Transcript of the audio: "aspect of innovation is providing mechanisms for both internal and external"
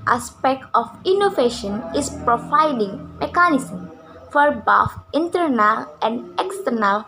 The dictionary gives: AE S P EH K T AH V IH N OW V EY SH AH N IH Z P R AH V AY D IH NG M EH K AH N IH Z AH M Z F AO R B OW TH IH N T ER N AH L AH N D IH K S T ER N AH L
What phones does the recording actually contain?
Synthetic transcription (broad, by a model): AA S P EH K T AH F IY N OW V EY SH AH N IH S P R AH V AY D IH NG M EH K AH N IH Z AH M F AO R B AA F IH N T ER N AH L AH N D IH K S T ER N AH L